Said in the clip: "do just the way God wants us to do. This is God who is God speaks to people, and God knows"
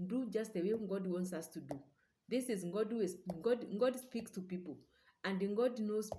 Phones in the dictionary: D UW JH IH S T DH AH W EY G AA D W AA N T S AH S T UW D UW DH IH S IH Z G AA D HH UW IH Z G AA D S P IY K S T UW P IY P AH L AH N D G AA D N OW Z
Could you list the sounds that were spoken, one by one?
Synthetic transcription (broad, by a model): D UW JH IH S T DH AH W EY G AA D W AA N T S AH S T UW D UW DH IH S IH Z G AA D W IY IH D G AA D S P IY K S T UW P IY P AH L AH N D G AA D N OW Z